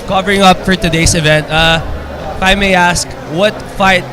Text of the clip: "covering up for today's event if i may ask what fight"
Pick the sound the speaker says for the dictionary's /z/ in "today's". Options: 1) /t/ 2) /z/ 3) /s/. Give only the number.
3